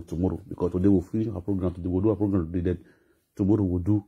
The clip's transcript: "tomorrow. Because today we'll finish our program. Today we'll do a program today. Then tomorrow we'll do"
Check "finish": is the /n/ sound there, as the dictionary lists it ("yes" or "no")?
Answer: no